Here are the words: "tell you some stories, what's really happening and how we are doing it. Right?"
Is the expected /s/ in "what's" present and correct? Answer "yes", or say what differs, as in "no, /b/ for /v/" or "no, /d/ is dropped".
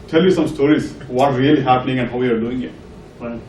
no, /s/ is dropped